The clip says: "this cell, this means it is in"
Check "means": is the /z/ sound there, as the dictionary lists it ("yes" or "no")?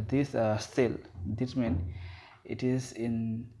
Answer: no